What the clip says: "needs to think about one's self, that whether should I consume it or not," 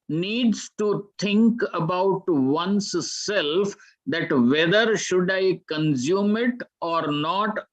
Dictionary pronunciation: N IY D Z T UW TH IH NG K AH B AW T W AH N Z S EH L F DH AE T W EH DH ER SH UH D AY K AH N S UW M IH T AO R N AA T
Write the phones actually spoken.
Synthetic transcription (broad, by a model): N IY D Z T UW T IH NG K AH B AW T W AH N S EH L F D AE T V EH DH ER SH UH D AY K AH N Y UW M IH T AO R N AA T